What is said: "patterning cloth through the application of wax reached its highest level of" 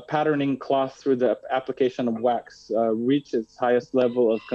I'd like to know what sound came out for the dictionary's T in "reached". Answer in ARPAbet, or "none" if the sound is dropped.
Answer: none